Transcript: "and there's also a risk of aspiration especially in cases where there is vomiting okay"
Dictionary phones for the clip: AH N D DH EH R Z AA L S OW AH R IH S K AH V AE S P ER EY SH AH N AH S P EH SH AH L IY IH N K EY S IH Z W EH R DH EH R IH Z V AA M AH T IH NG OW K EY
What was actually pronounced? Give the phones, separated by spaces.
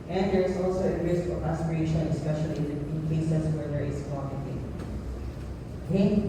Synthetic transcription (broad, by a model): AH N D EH R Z AA L S OW AH R IH S K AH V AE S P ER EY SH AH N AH S P EH SH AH L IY IH N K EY S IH S W EH R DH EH R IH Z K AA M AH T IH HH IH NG